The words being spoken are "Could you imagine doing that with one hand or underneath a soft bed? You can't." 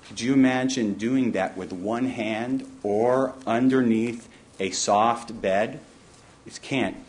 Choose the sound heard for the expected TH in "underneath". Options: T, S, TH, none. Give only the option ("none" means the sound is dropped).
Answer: TH